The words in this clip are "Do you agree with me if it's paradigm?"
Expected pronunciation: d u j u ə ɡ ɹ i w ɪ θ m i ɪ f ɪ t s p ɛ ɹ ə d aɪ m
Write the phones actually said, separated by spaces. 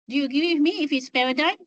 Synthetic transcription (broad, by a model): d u j u ɡ i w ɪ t m i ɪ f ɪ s p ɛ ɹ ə d aɪ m